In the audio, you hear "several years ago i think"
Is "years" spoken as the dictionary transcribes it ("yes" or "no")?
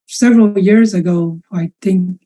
yes